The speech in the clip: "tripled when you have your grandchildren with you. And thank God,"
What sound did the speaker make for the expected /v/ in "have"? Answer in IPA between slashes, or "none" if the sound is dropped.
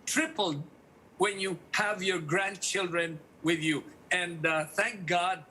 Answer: /v/